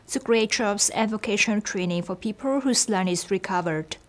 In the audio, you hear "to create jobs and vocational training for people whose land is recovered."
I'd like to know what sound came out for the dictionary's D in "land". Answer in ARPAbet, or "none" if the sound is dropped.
none